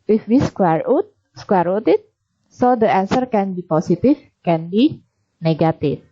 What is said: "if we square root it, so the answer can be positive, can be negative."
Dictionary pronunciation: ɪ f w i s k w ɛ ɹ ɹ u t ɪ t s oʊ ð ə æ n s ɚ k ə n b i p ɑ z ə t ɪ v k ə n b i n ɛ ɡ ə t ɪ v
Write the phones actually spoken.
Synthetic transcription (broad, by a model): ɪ f w i s k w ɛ ɹ ɹ u t ɪ t s oʊ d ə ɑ n s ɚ k ə n b i p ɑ s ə t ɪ f k ə n b i n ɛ ɡ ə t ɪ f